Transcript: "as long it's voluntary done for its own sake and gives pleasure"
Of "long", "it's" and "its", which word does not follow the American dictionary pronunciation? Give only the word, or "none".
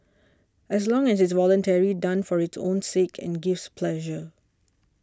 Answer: it's